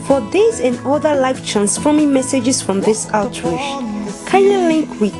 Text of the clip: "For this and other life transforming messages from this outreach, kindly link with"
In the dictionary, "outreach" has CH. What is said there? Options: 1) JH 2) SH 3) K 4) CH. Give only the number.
2